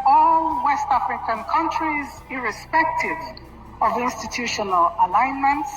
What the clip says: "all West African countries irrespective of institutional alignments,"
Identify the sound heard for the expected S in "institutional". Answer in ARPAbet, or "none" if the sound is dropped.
S